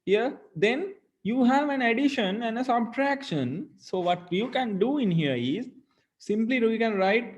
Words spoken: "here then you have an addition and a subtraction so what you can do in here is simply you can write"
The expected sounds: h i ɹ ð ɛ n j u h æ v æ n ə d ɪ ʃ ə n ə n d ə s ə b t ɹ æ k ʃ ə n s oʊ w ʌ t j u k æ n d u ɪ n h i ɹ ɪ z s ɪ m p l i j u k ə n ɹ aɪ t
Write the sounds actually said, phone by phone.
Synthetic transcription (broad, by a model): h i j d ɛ n j u h æ v æ n ə d ɪ ʃ ə n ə n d ə s ə b t ɹ æ k ʃ ə n s oʊ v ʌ t j u k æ n d u ɪ n h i ɹ ɪ z s ɪ m p l i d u k ə n ɹ aɪ t